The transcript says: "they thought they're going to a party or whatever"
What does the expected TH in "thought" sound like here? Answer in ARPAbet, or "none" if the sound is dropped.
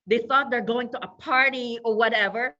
TH